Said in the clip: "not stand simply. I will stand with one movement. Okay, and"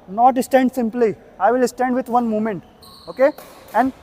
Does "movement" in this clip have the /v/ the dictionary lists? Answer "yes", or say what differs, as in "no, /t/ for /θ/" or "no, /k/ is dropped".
no, /v/ is dropped